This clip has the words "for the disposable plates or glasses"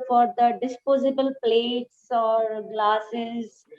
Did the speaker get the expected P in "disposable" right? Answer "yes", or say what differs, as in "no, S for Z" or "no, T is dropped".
yes